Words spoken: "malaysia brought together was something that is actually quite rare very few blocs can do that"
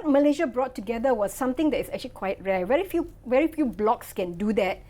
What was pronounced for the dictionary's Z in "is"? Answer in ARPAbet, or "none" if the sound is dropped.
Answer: S